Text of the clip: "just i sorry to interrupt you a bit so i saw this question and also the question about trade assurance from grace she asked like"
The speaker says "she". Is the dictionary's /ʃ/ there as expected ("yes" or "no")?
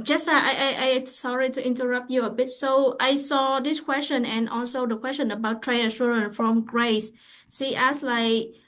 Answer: no